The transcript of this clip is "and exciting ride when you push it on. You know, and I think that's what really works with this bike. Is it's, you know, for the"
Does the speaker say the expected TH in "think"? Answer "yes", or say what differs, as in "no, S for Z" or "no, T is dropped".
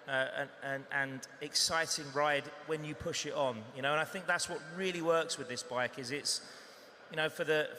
yes